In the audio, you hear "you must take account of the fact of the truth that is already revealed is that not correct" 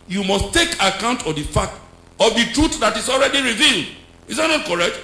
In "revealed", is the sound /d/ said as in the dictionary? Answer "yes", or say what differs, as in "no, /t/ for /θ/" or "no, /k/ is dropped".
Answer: yes